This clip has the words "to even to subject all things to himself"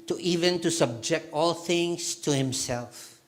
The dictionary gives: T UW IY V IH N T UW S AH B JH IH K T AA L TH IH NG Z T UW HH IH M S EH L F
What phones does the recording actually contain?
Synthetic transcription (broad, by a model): T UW IY V IH N T UW S AH B JH IH K T AA L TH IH NG S T UW HH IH M S EH L F